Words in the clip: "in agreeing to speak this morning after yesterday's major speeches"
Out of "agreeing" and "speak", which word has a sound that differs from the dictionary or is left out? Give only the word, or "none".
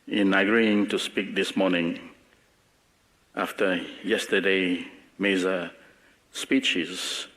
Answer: none